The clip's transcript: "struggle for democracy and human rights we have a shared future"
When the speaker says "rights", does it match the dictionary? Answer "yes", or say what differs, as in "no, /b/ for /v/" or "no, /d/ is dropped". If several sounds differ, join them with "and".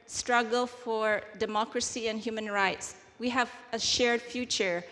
yes